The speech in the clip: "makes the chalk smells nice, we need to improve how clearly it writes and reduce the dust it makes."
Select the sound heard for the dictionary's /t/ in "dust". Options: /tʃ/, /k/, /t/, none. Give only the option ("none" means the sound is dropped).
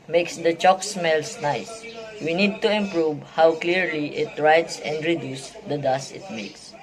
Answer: none